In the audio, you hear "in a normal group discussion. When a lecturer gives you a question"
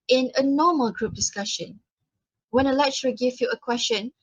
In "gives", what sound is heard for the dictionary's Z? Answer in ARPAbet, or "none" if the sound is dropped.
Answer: none